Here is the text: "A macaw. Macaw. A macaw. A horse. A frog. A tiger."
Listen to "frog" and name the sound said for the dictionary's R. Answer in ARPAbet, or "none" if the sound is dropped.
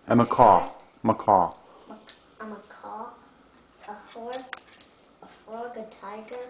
none